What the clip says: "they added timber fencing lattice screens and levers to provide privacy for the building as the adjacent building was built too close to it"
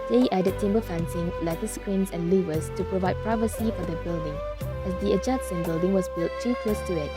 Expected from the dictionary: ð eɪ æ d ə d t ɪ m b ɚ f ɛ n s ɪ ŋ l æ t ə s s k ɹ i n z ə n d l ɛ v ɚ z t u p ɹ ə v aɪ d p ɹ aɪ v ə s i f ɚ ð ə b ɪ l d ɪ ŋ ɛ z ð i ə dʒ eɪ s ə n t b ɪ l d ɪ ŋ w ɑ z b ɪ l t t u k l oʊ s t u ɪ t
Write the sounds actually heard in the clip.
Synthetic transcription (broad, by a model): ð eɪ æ d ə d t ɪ m b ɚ f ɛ n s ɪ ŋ l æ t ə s s k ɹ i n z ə n l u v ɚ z t u p ɹ ə v aɪ d p ɹ aɪ v ə s i f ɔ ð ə b ɪ l d ɪ ŋ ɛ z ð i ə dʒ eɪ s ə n b ɪ l d ɪ ŋ w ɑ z b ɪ l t t u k oʊ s t u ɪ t